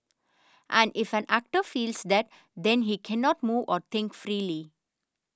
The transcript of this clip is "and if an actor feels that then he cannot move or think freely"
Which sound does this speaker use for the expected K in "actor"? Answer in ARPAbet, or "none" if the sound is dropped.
K